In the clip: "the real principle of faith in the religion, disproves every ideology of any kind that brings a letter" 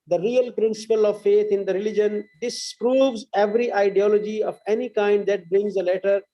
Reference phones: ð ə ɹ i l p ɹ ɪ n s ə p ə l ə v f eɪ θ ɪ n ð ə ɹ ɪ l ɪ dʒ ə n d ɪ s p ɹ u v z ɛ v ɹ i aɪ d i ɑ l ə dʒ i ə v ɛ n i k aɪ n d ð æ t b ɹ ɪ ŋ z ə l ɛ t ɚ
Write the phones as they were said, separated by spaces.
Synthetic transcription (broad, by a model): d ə ɹ i l p ɹ ɪ n s ə p ə l ə v f eɪ t ɪ n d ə ɹ ɪ l ɪ dʒ ə n d ɪ s p ɹ u v z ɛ v ɹ i aɪ d i ɑ l ə dʒ i ə v ɛ n i k aɪ n d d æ t b ɹ ɪ ŋ z ə l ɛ t ɚ